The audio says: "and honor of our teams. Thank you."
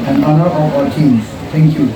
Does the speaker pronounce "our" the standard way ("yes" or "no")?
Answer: no